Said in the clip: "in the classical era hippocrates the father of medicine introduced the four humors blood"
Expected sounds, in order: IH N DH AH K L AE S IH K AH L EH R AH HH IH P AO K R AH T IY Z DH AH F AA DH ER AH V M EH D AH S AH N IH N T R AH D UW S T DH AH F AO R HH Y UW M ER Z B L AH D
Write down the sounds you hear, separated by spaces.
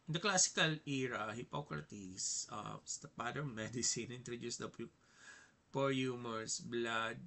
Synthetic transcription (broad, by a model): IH N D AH K L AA S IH K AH L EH R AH HH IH P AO K R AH T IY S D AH P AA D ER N M EH D AH S AH N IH N T R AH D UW S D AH P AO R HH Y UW M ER S B L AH D